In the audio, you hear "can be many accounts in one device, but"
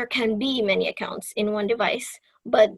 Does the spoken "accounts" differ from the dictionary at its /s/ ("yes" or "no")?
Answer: no